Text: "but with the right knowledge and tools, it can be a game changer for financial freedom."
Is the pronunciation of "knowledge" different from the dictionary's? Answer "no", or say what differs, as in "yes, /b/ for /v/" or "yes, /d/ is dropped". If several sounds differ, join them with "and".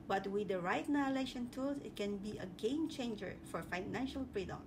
yes, /ʃ/ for /dʒ/